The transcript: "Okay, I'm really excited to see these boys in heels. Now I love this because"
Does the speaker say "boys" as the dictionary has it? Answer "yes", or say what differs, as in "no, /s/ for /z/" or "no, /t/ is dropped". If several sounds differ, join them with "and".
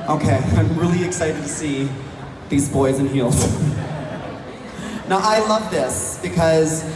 yes